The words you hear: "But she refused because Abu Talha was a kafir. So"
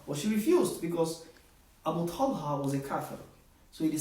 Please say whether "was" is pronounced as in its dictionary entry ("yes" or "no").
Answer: yes